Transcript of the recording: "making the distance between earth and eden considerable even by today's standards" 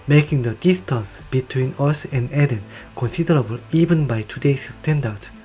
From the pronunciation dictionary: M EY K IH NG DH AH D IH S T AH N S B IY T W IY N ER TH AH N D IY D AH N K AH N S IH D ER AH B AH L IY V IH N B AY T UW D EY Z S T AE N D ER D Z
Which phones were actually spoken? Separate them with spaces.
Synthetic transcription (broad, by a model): M EY K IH NG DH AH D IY S T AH N S B IY T W IY N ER S AH N D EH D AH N K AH N S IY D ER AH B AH L IY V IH N B AY T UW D EY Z S T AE N D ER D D